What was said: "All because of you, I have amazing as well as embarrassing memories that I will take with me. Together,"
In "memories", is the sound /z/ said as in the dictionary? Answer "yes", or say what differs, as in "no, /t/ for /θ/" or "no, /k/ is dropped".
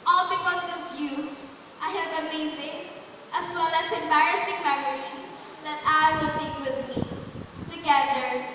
no, /s/ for /z/